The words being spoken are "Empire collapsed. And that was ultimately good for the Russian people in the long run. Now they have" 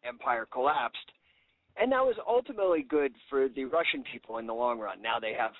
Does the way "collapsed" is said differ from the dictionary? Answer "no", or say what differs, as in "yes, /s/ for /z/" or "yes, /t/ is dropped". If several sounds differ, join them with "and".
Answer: no